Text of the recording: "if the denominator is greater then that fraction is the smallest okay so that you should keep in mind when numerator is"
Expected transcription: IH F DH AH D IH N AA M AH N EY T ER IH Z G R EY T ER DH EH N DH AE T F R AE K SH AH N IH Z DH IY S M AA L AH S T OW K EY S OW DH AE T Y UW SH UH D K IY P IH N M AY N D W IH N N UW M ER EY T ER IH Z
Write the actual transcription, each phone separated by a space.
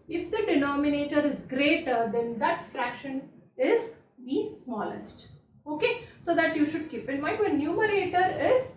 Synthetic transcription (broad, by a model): IH F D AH D IH N AA M AH N EY T ER IH Z G R EY T ER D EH N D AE T F R AE K SH AH N IH Z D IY S M AA L AH S T OW K EY S OW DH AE T Y UW SH UH D K IY P IH N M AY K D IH N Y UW M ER EY T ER IH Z